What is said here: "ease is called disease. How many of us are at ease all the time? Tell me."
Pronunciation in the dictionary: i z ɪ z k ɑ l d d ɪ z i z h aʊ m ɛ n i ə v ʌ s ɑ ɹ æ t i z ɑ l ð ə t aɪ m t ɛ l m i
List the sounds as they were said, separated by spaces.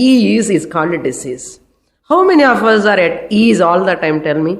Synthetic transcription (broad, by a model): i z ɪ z k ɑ n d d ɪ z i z h aʊ m ɛ n i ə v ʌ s ɑ ɹ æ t i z ɑ l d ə t aɪ m t ɛ l m i